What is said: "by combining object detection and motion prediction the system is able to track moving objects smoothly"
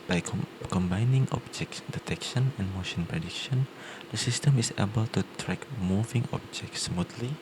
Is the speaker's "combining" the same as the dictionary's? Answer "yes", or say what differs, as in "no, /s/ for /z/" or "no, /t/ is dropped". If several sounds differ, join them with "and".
yes